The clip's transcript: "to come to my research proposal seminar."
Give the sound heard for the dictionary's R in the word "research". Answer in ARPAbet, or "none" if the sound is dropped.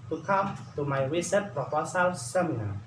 W